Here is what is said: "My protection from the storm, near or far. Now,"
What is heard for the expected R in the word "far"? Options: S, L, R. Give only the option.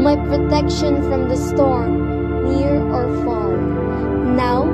L